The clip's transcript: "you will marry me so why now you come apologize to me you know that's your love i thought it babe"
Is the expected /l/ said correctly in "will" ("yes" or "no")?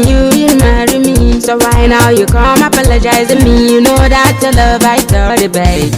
no